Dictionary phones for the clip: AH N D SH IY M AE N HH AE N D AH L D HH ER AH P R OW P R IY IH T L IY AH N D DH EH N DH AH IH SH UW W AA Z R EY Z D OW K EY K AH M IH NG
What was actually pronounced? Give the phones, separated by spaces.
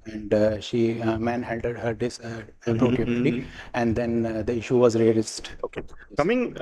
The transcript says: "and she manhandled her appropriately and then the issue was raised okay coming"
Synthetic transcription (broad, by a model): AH N D SH IY M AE N HH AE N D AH D HH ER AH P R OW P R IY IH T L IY AH N D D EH N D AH IH SH UW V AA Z R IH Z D OW K EY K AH M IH NG